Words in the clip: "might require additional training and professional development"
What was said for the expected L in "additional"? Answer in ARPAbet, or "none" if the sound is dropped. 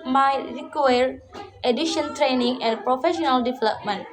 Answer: N